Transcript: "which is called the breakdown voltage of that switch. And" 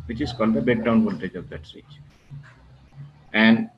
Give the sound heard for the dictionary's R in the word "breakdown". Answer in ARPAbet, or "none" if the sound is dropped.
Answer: none